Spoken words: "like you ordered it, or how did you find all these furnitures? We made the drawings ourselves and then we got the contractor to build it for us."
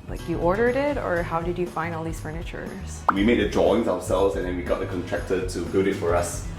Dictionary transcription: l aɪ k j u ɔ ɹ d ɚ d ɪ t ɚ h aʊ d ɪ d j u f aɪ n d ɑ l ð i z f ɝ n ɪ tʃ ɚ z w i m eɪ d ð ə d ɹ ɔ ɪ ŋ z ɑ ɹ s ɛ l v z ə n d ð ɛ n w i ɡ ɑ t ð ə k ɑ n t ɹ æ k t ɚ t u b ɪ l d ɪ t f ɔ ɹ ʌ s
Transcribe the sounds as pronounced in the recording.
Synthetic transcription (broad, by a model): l aɪ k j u ɔ ɹ d ɚ d ɪ t ɚ h aʊ d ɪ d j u f aɪ n d ɑ l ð i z f ɝ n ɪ tʃ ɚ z w i m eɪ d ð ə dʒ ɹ ɔ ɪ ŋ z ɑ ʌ s ɛ l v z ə n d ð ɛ n w i ɡ ɑ t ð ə k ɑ n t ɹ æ k t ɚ t u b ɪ d ɪ t f ɔ ɹ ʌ s